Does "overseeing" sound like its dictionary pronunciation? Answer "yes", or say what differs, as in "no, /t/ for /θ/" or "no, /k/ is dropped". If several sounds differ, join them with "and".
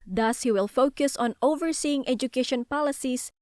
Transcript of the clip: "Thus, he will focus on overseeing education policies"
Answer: yes